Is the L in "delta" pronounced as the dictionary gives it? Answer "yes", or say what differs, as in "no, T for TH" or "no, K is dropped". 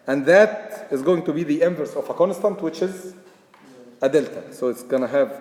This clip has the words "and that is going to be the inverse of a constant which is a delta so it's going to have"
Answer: yes